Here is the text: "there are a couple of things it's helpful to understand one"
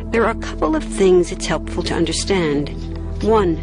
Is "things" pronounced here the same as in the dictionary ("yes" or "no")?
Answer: yes